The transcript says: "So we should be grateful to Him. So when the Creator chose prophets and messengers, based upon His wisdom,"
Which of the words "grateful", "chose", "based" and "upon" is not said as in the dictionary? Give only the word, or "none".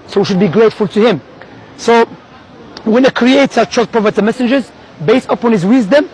chose